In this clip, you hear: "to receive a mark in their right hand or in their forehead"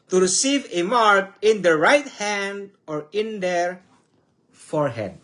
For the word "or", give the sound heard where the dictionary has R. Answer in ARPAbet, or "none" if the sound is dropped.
R